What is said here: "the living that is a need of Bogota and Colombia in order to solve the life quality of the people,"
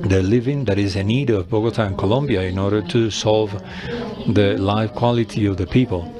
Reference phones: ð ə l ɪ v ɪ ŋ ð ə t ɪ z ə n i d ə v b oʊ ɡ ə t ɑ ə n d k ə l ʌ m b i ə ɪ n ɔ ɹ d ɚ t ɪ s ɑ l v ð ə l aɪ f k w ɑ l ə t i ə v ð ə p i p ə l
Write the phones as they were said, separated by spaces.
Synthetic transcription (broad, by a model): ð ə l ɪ v ɪ ŋ ð ə t ɪ z ə n i d ə v b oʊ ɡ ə t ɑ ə n k ə l ʌ m b i ə ɪ n ɔ ɹ d ɚ t ɪ s ɑ l v ð ə l aɪ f k w ɑ l ə t i ə v ð ə p i p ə l